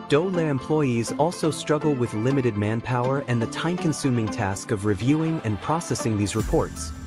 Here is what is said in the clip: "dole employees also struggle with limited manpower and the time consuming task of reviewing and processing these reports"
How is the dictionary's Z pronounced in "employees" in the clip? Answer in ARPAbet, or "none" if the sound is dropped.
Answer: Z